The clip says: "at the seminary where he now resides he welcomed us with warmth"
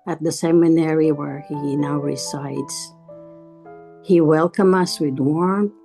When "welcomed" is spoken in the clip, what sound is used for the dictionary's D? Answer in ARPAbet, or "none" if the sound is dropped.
none